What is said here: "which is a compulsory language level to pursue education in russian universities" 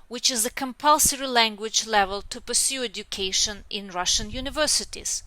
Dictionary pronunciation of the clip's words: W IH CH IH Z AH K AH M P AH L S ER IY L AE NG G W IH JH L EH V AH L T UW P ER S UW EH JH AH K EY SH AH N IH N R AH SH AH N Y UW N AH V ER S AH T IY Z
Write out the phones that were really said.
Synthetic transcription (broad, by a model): W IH CH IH Z AH K AH M P AH L S ER IY L AE NG G W IH JH L EH V AH L T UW P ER S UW EH JH AH K EY SH AH N IH N R AH SH AH N Y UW N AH V ER S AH T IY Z